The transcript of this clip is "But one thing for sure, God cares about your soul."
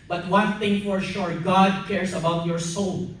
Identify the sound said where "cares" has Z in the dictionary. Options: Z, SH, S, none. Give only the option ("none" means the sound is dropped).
S